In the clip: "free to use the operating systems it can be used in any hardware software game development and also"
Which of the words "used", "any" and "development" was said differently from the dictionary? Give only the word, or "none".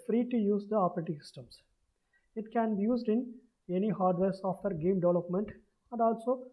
none